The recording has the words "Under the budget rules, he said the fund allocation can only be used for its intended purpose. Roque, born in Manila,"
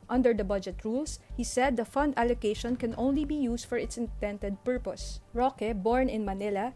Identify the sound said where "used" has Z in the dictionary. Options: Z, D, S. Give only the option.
S